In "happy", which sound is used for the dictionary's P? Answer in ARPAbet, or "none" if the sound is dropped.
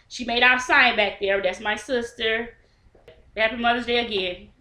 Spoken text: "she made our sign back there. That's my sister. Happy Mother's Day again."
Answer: none